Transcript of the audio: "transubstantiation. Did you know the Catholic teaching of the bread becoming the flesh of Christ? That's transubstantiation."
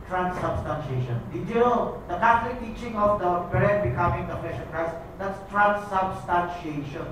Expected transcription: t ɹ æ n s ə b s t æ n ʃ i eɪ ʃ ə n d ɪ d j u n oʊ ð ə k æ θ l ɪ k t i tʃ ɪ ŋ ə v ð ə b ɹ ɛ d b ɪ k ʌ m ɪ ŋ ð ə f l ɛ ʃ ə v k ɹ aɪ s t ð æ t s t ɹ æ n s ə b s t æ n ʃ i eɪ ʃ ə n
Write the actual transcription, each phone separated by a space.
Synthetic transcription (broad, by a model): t ɹ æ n s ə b s t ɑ n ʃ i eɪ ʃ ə n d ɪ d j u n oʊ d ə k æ t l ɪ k t i tʃ ɪ ŋ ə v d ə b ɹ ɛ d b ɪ k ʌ m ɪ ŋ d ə f l ɛ ʃ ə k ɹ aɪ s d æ t s t ɹ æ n s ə b s t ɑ n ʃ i eɪ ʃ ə n